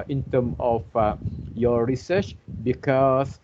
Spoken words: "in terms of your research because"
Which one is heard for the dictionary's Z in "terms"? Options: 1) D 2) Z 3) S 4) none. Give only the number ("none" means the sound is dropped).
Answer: 4